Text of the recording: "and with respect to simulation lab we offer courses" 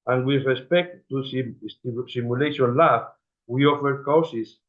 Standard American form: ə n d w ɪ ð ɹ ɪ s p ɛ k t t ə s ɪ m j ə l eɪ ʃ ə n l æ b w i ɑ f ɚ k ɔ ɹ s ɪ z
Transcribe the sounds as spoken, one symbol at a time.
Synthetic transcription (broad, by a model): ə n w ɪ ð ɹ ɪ s p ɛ k t s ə s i m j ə l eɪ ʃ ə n l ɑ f w i ɑ f ɚ k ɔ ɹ s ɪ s